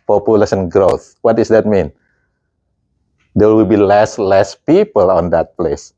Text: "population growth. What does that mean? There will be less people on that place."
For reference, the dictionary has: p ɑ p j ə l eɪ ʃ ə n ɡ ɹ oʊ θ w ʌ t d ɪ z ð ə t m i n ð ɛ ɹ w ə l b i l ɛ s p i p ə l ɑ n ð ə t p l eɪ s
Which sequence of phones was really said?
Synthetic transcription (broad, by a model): p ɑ p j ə l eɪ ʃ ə n ɡ ɹ oʊ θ w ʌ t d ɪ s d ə t m i n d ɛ w w ə l b i l ɛ s p i p ə l ɑ n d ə t p l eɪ s